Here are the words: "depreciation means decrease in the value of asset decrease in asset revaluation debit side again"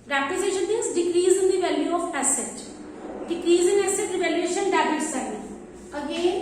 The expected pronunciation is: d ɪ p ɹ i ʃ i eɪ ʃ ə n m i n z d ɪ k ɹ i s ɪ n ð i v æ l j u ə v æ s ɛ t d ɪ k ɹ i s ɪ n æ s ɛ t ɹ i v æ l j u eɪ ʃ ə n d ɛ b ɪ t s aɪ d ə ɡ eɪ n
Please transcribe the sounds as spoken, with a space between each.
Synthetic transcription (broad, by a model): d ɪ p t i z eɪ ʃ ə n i z d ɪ k ɹ i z ɪ n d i v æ l j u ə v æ s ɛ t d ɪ k ɹ i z ɪ n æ s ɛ t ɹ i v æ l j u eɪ ʃ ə n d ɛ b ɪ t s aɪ ə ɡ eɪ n